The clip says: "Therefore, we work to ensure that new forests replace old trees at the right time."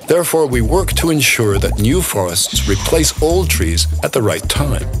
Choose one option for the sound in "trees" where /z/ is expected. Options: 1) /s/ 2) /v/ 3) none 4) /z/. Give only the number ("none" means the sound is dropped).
4